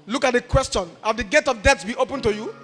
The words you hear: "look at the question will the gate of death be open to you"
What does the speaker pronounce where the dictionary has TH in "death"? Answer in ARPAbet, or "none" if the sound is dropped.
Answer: S